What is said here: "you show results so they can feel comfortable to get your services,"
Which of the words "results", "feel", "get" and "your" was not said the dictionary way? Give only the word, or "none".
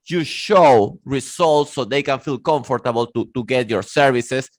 results